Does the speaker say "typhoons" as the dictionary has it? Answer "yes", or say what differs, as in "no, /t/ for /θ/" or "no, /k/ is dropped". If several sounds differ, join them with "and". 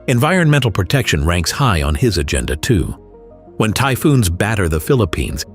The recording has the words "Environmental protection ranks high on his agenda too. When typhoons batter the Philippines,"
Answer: yes